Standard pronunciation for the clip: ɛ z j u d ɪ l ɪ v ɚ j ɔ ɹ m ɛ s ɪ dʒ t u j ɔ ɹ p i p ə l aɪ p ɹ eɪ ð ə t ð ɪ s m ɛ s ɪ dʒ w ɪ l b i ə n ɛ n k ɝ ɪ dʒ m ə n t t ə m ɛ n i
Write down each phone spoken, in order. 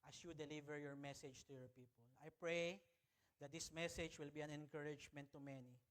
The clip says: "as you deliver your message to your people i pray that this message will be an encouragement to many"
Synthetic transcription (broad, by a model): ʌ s j u d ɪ l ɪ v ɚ j ɔ ɹ m ɛ s ɪ dʒ t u j ɔ ɹ p i p ə l aɪ p ɹ eɪ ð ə t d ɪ s m ɛ s ɪ dʒ w ɪ l b i ə n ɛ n k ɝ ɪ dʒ m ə n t t ə m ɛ n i